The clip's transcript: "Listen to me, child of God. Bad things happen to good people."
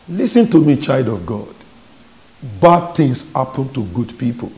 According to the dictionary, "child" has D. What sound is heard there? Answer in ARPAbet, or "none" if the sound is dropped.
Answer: D